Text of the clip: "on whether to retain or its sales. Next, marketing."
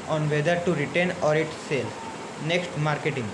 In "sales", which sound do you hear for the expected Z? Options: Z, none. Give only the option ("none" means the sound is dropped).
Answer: none